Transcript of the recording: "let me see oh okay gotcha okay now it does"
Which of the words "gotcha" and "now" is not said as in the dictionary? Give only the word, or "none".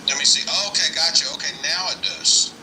none